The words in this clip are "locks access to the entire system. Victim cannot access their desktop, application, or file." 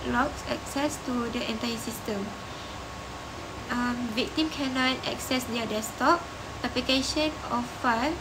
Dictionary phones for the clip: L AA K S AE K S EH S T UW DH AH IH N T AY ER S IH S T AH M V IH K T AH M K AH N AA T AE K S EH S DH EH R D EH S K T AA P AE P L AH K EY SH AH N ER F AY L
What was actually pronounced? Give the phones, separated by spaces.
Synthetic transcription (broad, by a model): L AA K S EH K S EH S T UW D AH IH N T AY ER S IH S T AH M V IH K T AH M K AH N AA T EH K S EH S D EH D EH S T AA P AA P L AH K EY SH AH N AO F AY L